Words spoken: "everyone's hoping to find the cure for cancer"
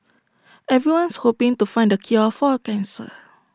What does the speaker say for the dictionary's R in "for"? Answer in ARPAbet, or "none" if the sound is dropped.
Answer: L